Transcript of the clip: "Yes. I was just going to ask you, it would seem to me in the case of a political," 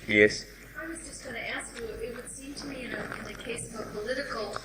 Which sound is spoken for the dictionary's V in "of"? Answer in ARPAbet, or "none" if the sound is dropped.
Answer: V